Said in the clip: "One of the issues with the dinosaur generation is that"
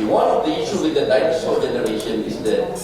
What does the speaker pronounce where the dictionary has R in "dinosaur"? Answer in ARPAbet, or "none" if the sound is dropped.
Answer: L